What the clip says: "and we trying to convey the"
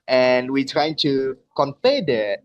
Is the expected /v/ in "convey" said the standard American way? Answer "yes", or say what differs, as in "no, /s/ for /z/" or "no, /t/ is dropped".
no, /f/ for /v/